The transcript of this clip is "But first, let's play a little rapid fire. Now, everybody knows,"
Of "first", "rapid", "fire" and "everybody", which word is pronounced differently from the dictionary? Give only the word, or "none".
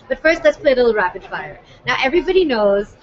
rapid